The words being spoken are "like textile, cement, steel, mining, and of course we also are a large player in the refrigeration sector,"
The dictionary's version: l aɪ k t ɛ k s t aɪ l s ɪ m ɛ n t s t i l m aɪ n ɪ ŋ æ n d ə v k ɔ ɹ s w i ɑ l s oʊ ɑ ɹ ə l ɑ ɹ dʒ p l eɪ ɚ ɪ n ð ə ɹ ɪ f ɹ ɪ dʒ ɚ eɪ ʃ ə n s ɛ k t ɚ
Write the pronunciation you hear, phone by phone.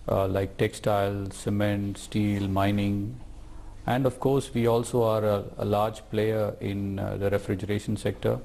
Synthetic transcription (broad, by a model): l aɪ k t ɛ k s t aɪ l s ɪ m ɛ n t s t i l m aɪ n ɪ ŋ æ n d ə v k ɔ ɹ s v i ɑ l s oʊ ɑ ɹ ə l ɑ ɹ dʒ p l eɪ ɚ ɪ n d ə ɹ ɪ f ɹ ɪ dʒ ɚ eɪ ʃ ə n s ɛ k t ɚ